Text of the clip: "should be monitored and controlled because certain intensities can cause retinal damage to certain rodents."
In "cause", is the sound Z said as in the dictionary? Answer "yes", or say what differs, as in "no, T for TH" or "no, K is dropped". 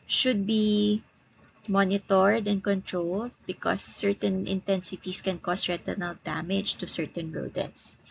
no, S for Z